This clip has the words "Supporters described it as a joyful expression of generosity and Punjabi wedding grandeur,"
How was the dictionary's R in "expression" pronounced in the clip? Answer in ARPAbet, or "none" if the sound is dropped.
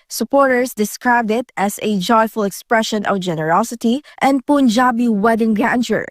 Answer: R